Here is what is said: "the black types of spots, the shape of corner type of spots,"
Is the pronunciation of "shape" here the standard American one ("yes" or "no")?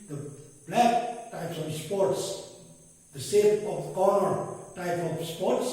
no